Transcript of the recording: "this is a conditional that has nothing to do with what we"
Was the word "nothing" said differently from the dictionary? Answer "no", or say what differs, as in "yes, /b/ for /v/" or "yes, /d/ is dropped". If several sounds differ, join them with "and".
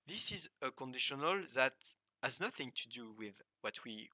no